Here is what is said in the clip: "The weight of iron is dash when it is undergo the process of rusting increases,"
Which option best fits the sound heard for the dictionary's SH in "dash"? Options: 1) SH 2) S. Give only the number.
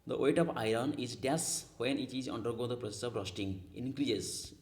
2